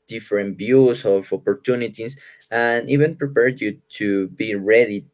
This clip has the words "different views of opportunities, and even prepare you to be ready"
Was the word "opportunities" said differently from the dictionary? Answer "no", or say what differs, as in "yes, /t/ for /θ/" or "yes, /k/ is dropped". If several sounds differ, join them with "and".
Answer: yes, /s/ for /z/